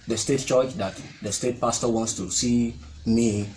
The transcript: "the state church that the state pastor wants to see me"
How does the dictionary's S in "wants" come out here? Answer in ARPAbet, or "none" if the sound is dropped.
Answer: S